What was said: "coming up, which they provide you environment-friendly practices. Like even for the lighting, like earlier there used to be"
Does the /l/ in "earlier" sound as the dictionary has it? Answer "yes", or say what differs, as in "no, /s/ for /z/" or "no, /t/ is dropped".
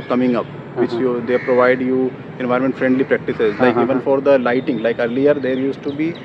yes